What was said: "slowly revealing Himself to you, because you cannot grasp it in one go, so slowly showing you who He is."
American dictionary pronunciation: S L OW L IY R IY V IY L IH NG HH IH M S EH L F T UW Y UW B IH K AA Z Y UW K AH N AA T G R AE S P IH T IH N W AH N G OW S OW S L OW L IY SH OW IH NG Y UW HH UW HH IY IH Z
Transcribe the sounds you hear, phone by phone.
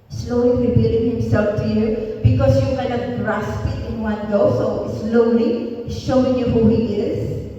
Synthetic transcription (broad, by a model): S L OW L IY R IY B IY L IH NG HH IH M S EH L F T UW Y UW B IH K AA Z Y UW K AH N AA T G R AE S P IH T IH N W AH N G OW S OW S L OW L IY SH OW IH NG Y UW HH UW HH IY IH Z